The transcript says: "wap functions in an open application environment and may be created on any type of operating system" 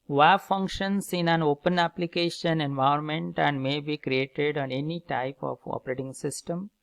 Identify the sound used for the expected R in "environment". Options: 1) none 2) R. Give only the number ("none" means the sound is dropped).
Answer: 1